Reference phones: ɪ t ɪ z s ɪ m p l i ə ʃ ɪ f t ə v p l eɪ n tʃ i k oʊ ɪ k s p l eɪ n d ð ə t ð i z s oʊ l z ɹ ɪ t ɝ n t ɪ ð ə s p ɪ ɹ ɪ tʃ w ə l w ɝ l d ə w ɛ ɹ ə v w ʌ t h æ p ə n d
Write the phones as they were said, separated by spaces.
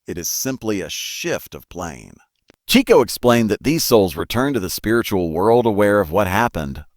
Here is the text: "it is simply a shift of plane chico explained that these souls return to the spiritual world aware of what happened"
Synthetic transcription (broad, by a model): ɪ t ɪ z s ɪ m p l i ə ʃ ɪ f t ə v p l eɪ n tʃ i k oʊ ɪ k s p l eɪ n ð ə t ð i z s oʊ l z ɹ ɪ t ɝ n t ɪ ð ə s p ɪ ɹ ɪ tʃ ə l w ɝ l d ə w ɛ ɹ ə v w ʌ t h æ p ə n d